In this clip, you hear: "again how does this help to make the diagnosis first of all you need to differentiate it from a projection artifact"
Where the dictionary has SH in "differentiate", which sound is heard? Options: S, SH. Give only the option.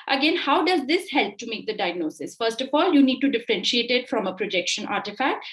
SH